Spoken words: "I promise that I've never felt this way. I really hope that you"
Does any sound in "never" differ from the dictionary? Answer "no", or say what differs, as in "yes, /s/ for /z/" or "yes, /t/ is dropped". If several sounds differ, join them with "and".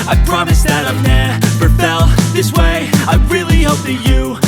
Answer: yes, /p/ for /v/